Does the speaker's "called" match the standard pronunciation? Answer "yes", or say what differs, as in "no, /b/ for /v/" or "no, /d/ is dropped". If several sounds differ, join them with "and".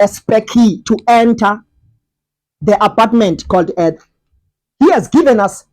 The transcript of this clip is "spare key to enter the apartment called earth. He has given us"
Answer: yes